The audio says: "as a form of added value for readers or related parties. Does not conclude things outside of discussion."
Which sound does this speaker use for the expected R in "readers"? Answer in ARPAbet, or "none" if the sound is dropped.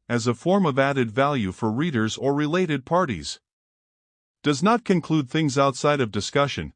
R